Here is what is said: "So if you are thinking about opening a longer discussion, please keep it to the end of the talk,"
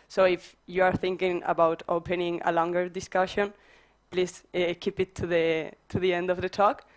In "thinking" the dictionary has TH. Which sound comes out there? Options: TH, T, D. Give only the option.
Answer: TH